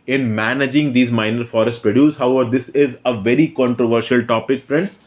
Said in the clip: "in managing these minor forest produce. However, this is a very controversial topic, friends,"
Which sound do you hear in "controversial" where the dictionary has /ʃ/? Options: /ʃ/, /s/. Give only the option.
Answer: /ʃ/